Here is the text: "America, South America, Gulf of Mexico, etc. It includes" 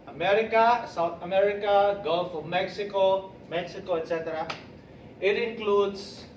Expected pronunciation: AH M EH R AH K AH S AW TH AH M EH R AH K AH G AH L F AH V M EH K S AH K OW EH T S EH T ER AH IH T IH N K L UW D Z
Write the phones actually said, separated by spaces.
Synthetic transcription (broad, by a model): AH M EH R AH K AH S AW T AH M EH R AH K AH G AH L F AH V M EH K S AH K OW EH T S EH T ER AH IH T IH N K L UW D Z